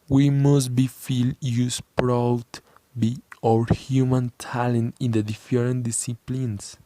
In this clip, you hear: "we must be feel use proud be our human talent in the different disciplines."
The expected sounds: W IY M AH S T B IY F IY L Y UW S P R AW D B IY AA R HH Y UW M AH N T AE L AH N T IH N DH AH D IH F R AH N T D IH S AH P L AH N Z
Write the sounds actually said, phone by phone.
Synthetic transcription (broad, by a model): W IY M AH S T B IY F IY L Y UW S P R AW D B IY AA R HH Y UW M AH N T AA L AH N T IH N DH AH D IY F R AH N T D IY S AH P L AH N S